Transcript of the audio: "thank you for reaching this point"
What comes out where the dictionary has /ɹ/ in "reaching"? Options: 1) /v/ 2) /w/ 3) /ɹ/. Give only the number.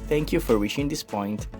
2